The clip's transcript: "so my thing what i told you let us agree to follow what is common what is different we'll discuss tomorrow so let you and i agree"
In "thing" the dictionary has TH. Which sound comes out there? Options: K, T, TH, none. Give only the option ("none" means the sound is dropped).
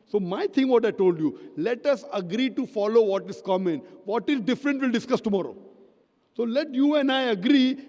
T